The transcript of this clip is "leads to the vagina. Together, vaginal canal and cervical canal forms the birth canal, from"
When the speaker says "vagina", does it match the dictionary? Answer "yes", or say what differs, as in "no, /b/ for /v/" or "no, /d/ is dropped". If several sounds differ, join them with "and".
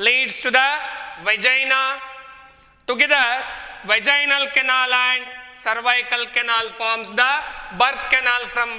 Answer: yes